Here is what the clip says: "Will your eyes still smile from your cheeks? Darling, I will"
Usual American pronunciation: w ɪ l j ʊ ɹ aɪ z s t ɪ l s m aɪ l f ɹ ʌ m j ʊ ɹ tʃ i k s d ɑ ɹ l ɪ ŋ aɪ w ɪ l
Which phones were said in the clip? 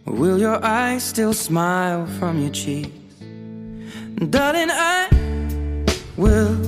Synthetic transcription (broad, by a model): w ɪ l j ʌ ɹ aɪ z s t ɪ l s m aɪ l f ɹ ʌ m j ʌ ɹ tʃ i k d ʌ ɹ ɪ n aɪ w ɪ l